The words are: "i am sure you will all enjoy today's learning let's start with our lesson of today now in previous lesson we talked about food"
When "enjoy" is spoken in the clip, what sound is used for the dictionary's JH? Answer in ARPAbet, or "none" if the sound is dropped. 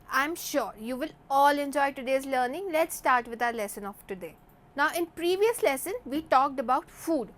JH